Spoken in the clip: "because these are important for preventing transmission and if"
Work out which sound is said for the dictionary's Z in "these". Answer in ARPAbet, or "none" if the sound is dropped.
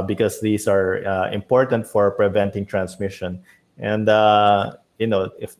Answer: S